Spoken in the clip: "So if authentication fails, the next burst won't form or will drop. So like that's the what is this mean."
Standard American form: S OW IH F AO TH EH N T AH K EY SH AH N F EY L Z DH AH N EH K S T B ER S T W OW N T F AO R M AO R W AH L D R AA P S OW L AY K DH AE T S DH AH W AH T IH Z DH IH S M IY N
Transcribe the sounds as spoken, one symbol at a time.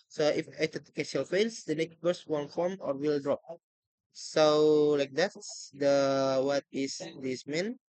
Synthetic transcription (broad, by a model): S OW IH F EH T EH T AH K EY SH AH L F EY L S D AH N EH K S T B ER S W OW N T F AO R M AO R W AH L D R AA P S OW L AY K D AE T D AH W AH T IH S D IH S M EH N